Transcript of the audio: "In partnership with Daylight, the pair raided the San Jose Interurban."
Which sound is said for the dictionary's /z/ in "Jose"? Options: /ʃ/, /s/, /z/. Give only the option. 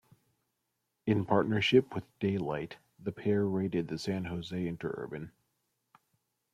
/z/